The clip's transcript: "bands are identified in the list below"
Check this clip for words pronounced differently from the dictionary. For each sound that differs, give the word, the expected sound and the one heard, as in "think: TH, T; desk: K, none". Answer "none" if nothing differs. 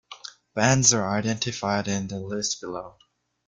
none